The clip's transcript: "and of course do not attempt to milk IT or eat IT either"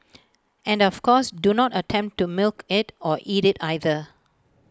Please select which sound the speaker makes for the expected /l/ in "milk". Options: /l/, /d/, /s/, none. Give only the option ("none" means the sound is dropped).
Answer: /l/